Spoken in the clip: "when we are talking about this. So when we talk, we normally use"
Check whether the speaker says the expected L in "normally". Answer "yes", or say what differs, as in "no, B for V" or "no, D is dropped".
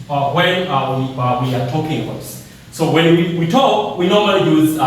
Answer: yes